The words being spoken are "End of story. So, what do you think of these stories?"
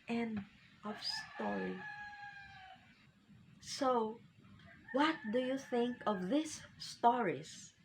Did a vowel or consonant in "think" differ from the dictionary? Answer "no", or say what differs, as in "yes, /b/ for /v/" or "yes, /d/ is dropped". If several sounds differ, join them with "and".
no